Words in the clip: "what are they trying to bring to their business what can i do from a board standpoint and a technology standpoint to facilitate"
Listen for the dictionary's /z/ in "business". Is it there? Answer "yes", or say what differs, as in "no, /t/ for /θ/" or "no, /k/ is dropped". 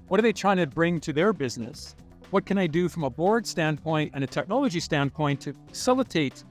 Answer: yes